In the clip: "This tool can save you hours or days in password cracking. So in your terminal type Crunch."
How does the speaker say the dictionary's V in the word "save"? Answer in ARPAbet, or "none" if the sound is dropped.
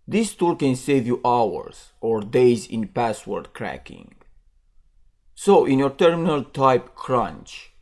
V